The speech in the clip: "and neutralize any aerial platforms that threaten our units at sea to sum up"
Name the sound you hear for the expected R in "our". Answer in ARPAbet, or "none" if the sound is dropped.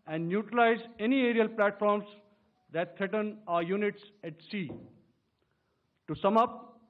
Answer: R